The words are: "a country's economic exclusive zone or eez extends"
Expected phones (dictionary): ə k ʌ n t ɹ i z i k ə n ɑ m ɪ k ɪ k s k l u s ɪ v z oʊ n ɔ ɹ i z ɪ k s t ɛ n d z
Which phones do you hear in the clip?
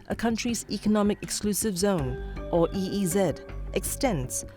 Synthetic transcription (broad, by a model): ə k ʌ n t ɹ i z i k ə n ɑ m ɪ k ɪ k s k l u s ɪ v z oʊ n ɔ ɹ i z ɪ k s t ɛ n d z